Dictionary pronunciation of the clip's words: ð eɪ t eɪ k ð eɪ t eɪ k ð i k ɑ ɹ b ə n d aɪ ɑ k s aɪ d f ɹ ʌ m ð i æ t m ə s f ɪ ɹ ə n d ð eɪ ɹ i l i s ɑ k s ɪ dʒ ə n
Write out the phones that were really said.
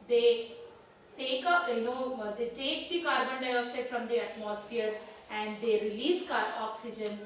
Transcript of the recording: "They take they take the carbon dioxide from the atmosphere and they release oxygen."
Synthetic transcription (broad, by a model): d eɪ t eɪ k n eɪ t eɪ k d i k ɑ ɹ b ə n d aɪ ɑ s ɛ f ɹ ʌ m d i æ t m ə s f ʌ ɹ ə n d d eɪ ɹ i l i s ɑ k s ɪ dʒ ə n